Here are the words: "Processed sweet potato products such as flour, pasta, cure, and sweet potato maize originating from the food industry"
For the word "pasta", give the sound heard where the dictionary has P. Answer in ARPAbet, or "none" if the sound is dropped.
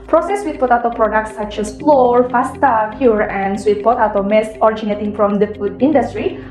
F